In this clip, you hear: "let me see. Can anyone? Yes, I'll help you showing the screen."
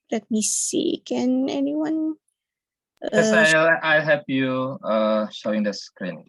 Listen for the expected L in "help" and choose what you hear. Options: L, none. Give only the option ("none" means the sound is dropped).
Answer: none